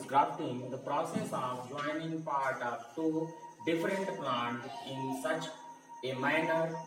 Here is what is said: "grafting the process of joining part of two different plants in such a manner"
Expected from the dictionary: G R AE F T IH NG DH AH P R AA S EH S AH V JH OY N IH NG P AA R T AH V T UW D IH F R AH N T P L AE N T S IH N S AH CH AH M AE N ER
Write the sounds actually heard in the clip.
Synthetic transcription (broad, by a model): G R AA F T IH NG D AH P R AA S EH S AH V JH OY N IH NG P AA R T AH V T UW D IH F R AH N T P L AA N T IH N S AH CH AH M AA N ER